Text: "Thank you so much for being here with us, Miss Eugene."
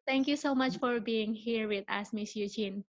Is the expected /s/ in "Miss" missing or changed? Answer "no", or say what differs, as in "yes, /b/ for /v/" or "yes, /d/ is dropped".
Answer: no